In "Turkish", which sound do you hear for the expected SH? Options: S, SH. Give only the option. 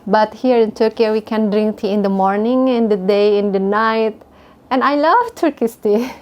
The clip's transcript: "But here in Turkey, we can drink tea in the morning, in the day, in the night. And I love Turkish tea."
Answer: S